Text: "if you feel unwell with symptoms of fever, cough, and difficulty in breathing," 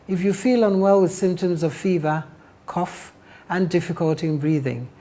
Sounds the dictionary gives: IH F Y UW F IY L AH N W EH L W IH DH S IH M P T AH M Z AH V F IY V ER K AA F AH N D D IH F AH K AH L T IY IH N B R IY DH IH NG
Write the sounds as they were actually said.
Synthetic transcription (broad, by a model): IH F Y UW F IY L AH N W EH L W IH DH S IH M P T AH M Z AH V F IY V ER K AA F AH N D D IH F AH K AH L T IY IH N B R IY DH IH NG